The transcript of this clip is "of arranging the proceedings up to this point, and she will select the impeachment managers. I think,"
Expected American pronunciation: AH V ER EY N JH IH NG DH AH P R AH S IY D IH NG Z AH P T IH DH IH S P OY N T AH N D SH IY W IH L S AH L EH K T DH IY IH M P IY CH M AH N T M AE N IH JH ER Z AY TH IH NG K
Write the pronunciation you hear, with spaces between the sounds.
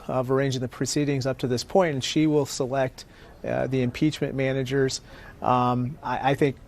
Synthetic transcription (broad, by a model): AH V ER EY N JH IH NG DH AH P R AH S IY D IH NG Z AH P T IH DH IH S P OY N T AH N SH IY W IH L S AH L EH K T DH IY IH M P IY CH M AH N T M AE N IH JH ER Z AY TH IH NG K